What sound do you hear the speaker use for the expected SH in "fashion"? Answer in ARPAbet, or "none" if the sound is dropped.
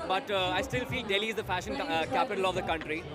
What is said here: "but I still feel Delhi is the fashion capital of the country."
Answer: SH